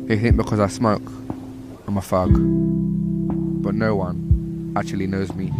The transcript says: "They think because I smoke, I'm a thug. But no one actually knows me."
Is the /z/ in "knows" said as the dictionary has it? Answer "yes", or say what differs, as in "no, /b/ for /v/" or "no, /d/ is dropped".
yes